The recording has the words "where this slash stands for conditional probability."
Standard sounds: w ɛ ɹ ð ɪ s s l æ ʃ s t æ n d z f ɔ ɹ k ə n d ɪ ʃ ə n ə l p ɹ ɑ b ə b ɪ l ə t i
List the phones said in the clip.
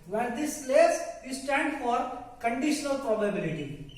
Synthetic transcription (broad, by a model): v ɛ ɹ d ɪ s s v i s t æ n d f ɔ ɹ k ə n d ɪ ʃ ə n ə l p ɹ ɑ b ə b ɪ l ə t i